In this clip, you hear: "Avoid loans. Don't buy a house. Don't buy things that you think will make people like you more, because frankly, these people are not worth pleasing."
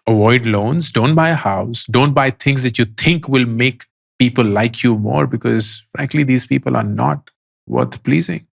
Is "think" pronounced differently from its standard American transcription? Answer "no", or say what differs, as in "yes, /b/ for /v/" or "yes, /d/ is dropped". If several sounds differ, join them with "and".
yes, /t/ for /θ/